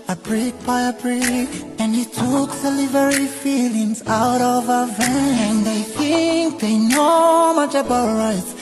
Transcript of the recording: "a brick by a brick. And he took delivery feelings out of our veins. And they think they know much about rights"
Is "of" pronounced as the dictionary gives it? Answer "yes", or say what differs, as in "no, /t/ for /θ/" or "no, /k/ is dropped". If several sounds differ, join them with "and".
yes